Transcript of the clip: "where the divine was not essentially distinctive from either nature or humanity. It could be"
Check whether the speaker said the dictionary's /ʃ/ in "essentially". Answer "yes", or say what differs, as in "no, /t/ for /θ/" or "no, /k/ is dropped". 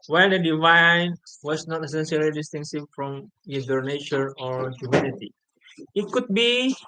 no, /s/ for /ʃ/